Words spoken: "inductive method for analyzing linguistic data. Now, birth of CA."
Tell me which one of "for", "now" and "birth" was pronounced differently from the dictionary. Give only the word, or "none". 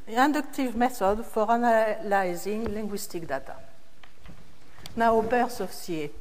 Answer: birth